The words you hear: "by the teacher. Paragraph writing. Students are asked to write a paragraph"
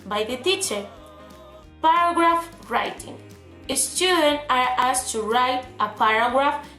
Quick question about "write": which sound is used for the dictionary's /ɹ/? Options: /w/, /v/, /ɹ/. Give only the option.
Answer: /ɹ/